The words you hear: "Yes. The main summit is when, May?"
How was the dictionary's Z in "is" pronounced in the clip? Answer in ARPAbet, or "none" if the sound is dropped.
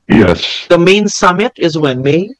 Z